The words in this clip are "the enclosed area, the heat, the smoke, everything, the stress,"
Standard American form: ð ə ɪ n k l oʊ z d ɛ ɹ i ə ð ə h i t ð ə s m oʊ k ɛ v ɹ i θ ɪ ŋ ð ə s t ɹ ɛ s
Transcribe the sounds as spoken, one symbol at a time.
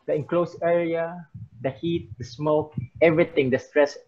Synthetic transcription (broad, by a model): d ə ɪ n k l oʊ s ɛ ɹ i ə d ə h i t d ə s m oʊ k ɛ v ɹ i t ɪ ŋ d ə s t ɹ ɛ s